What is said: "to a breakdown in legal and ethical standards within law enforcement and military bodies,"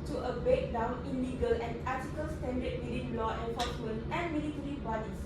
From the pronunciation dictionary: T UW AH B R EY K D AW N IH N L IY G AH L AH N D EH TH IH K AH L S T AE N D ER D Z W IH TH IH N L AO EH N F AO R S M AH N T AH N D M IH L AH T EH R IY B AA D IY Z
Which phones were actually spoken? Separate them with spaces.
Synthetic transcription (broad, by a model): T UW AH B EY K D AW N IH L IY G AH L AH N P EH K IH K AH L S T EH N D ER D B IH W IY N L AO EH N F AO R S M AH N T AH N M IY L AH T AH R IY B AA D IY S